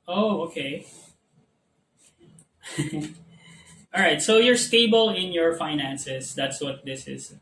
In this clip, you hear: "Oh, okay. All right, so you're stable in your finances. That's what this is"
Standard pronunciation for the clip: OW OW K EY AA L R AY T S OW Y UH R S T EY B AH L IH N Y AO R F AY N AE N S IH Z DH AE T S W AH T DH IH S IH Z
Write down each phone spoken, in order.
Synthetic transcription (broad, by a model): OW OW K EY AA L R AY T S OW Y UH R S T EY B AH L IH N Y AO R F AY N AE N S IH S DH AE T S W AH T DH IH S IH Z